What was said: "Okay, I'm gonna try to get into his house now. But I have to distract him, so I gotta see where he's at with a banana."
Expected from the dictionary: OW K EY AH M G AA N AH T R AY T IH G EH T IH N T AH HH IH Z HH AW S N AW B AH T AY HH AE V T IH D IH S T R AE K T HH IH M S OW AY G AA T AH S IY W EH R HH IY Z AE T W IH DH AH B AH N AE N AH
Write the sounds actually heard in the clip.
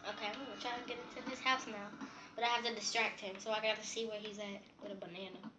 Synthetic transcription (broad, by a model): OW K EY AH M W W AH T R AY T IH G EH T IH N T AH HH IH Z HH AW S N AW B AH T AY HH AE F T IH D IH S T R AE K T HH IH M S OW AY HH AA T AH S IY W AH R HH IY Z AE T W IH DH AH B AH N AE N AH